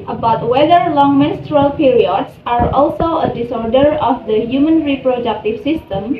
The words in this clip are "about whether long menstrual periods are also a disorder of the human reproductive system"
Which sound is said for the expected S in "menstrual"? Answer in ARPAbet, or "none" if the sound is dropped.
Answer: S